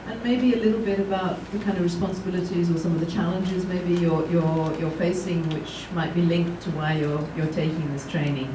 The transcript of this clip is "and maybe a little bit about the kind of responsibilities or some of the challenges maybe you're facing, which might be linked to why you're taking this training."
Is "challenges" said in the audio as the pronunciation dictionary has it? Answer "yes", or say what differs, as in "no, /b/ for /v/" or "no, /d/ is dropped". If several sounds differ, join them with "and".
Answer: yes